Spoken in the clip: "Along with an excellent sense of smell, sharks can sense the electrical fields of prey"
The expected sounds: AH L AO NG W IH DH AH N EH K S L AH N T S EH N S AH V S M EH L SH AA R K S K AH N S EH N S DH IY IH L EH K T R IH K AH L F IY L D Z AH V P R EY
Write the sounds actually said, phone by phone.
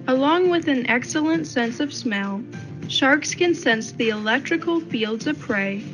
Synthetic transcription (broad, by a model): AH L AO NG W IH DH AH N EH K S L AH N T S EH N S AH V S M EH L SH AA R K S K AH N S EH N S DH IY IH L EH K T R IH K L F IY L D Z AH V P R EY